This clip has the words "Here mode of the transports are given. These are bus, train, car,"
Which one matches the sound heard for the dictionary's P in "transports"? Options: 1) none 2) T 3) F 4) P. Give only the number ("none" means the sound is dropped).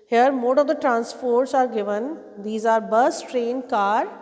3